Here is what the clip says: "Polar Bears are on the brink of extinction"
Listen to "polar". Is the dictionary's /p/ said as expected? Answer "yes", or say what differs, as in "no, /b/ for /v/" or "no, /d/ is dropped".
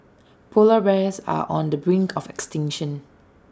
yes